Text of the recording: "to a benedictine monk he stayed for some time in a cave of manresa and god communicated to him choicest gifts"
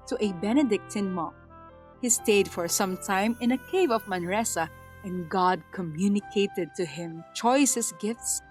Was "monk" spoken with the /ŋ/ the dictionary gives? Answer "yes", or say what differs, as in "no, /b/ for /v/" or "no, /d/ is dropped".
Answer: no, /ŋ/ is dropped